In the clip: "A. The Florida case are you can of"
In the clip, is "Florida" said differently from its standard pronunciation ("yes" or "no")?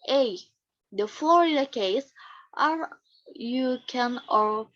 yes